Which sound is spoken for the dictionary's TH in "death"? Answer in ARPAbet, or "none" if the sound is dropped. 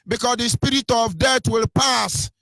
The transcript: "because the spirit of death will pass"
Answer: T